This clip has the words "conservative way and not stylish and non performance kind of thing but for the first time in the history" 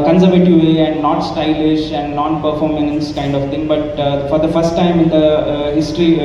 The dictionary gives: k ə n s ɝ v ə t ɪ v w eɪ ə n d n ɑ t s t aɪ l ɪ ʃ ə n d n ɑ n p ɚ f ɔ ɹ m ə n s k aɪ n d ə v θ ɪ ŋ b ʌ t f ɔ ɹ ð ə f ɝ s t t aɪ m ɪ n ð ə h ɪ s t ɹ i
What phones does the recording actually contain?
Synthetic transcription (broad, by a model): k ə n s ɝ v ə t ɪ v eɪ ə n d n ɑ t s t aɪ l ɪ ʃ ə n d n ɑ n p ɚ f ɔ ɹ m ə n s k aɪ n d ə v t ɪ ŋ b ʌ t f ɔ ɹ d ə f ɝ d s t aɪ m ɪ n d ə h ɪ s t ɹ i